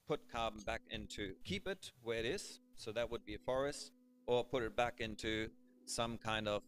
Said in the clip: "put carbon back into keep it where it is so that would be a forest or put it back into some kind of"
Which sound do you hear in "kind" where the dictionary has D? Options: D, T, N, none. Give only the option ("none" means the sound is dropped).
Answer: D